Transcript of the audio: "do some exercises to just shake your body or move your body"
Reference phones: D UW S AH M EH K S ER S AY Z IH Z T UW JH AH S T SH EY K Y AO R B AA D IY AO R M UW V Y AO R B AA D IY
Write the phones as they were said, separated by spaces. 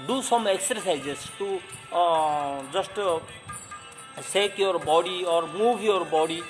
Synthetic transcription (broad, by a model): D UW S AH M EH K S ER S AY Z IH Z T UW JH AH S T S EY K Y AO R B AA D IY AO R M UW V Y AO R B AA D IY